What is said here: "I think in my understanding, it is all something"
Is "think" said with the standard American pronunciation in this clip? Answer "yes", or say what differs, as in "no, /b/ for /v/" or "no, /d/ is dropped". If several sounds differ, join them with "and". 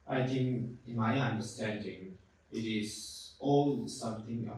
no, /t/ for /θ/